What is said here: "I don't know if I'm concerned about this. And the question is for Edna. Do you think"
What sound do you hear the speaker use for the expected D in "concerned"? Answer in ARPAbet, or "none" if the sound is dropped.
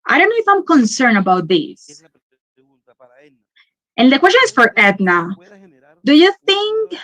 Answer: none